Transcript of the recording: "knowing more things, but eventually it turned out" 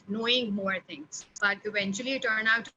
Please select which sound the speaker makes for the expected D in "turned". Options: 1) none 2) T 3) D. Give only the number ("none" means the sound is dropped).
1